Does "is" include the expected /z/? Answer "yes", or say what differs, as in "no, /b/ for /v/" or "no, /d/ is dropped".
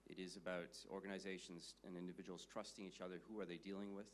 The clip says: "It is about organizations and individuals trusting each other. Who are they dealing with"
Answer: yes